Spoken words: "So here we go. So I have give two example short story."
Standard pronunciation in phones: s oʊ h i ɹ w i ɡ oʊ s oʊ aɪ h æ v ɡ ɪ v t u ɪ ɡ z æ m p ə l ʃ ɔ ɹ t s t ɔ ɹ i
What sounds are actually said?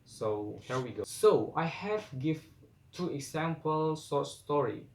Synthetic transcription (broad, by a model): s oʊ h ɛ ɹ w i ɡ oʊ s oʊ aɪ h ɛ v ɡ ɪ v t u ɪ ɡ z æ m p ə l s ɔ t s t ɔ ɹ i